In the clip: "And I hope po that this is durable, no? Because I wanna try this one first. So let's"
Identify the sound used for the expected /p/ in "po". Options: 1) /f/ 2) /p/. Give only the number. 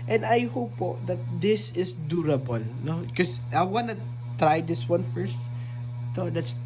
2